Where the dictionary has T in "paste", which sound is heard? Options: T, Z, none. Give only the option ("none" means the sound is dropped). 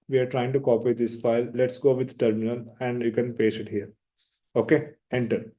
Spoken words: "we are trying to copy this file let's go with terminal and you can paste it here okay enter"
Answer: none